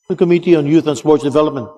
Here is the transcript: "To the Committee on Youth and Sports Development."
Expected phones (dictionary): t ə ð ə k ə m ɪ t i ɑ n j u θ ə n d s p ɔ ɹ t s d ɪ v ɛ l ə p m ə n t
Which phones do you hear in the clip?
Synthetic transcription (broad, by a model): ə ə k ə m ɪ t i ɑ n j u θ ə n s p ɔ ɹ t s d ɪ v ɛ l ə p m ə n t